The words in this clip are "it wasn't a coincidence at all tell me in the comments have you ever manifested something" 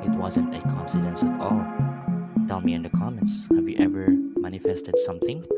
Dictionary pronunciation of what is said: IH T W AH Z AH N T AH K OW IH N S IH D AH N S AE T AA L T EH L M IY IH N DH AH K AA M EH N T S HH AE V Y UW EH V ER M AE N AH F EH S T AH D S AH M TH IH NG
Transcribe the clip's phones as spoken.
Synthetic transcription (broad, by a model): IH T W AH Z AH N T AH K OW N S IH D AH N S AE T AA L T EH L M IY IH N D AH K AA M EH N T S HH AE V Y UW EH V ER M AE N AH F EH S T AH D S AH M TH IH NG